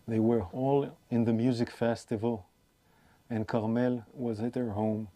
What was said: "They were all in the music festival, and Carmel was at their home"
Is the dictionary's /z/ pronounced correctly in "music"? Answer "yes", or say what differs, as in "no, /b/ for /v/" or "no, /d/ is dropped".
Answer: yes